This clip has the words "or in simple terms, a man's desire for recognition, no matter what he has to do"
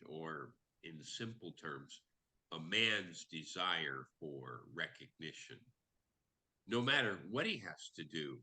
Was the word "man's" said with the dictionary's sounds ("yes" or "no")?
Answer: yes